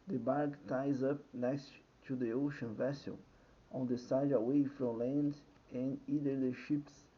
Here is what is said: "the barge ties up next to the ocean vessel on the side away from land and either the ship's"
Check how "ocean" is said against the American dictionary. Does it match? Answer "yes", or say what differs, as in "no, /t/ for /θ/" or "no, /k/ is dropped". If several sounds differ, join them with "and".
yes